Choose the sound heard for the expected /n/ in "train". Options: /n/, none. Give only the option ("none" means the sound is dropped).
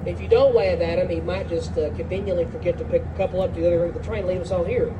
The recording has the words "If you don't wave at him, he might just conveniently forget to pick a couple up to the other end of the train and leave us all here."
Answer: none